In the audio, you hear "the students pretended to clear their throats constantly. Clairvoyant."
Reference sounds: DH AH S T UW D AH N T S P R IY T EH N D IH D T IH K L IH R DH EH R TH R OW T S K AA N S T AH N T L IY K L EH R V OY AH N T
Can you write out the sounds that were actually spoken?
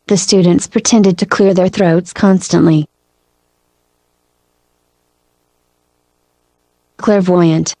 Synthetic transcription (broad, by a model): DH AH S T UW D N T S P R IY T EH N D IH D T IH K L IH R DH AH R TH R OW T S K AA N S T AH N T L IY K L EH R V OY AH N T